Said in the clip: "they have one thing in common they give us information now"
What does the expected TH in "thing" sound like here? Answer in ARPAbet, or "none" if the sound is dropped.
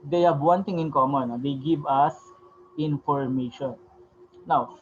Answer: T